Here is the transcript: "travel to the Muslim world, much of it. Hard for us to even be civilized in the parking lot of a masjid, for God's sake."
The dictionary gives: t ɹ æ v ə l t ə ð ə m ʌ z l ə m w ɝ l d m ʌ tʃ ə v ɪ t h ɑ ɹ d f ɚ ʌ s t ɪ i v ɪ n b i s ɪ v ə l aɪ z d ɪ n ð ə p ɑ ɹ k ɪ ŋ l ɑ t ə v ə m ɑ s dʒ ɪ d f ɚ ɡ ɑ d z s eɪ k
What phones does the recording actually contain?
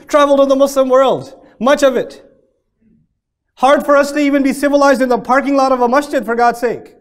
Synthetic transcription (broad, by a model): t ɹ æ v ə l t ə ð ə m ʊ s l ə m w ɝ l d m ʌ tʃ ə v ɪ t h ɑ ɹ d f ɚ ʌ s t ɪ i v ɪ n b i s ɪ v ə l aɪ z d ɪ n ð ə p ɑ ɹ k ɪ ŋ l ɑ t ə v ə m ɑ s tʃ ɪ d f ɚ ɡ ɑ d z s eɪ k